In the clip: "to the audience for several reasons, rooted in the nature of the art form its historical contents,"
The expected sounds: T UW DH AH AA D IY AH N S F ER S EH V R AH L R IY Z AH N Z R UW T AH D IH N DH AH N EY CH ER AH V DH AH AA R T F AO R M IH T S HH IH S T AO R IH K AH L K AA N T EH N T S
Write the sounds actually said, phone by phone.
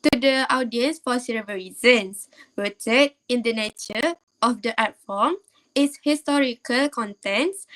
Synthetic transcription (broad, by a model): T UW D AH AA D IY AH N S F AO S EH R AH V R IY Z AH N S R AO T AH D IH N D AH N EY CH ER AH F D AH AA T F AO M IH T S HH IH S T AO R IH K AH L K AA N T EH N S